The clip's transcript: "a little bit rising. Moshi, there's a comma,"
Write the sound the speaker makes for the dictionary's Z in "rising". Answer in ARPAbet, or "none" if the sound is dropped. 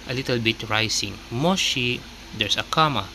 S